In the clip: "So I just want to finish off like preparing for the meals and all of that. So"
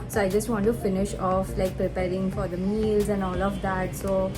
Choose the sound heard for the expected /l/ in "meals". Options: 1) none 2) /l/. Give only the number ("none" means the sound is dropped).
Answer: 2